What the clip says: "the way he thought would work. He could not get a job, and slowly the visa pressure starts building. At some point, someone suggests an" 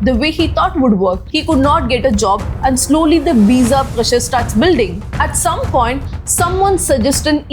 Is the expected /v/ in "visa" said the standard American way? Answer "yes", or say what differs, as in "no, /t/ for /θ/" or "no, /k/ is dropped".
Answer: no, /b/ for /v/